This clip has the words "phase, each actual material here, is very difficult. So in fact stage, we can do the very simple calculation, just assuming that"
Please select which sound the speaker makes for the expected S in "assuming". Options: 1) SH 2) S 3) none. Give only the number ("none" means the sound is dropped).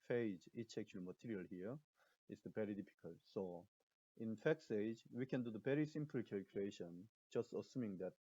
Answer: 2